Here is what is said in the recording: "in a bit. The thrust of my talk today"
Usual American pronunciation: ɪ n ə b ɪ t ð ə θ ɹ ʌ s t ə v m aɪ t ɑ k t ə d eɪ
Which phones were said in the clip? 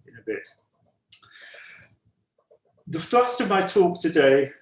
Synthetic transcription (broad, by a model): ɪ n ə b ɪ t ð ə f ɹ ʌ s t ə v m aɪ t ɑ k t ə d eɪ